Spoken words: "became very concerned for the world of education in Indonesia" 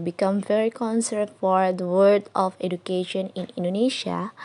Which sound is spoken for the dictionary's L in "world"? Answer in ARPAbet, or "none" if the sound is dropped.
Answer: none